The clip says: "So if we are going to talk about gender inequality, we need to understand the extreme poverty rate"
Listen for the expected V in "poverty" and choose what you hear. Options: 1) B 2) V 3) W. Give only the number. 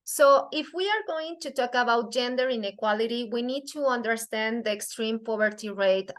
1